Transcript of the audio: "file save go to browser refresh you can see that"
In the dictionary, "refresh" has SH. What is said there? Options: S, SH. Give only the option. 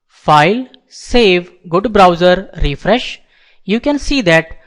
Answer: SH